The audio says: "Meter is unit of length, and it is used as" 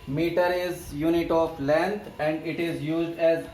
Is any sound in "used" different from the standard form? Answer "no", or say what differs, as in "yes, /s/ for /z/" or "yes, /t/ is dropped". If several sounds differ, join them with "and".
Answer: no